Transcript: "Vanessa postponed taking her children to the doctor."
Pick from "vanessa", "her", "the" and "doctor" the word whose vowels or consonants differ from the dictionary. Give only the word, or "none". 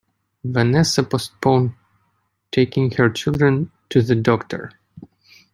none